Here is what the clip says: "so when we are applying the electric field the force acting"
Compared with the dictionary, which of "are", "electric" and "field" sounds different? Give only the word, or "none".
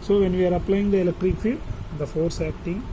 field